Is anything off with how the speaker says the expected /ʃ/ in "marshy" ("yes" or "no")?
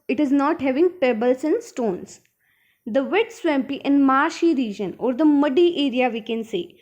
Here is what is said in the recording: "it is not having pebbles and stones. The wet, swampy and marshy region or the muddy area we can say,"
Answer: no